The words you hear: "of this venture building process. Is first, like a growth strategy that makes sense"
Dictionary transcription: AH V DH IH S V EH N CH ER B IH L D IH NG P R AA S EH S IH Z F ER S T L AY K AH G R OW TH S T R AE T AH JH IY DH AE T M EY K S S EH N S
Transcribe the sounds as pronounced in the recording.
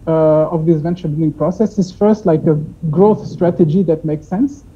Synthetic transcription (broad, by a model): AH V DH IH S V EH N CH ER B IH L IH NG P R AA S EH S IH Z F ER S T L AY K AH G R OW TH S T R AE T AH JH IY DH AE T M EY K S S EH N S